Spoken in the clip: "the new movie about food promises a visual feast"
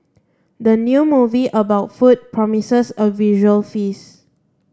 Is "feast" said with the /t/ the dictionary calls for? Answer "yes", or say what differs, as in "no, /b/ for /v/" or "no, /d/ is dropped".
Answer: no, /t/ is dropped